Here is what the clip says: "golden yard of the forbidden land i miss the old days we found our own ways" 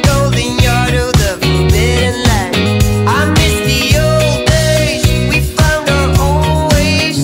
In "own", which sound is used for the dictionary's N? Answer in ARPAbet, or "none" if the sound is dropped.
L